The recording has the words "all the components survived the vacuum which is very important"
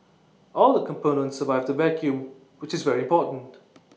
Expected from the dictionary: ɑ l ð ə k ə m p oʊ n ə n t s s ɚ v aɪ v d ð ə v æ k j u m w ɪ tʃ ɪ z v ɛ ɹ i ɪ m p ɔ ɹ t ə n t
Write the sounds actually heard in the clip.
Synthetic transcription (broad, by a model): ɑ l ð ə k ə m p oʊ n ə n t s s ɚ v aɪ v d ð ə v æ k j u m w ɪ tʃ ɪ z v ɛ ɹ i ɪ m p ɔ ɹ t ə n t